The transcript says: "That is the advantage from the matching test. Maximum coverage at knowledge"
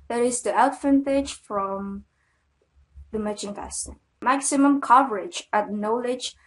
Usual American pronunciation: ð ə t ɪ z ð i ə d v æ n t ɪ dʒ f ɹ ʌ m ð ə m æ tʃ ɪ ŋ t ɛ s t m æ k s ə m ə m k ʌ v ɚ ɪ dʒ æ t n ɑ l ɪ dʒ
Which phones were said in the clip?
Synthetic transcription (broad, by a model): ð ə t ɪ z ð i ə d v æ n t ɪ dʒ f ɹ ʌ m ð ə m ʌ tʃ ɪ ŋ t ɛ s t m æ k s ə m ə m k ʌ v ɚ ɪ dʒ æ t n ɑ l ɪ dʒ